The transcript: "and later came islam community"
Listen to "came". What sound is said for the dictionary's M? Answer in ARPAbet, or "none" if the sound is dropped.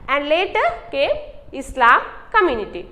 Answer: none